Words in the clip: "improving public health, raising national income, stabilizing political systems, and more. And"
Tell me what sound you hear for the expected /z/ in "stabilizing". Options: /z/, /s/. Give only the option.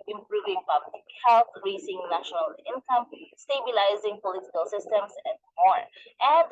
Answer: /z/